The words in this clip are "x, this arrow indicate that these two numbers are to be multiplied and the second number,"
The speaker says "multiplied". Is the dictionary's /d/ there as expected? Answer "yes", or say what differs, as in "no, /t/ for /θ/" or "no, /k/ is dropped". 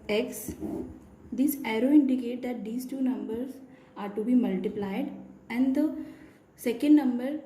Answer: yes